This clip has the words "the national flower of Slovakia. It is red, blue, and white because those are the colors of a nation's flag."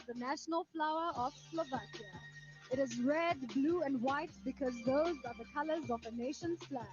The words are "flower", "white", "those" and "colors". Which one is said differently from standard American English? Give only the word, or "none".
none